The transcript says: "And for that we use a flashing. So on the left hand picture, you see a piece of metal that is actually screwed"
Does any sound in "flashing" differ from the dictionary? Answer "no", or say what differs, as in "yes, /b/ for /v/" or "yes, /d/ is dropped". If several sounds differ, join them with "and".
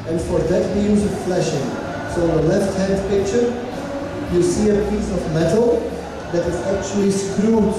no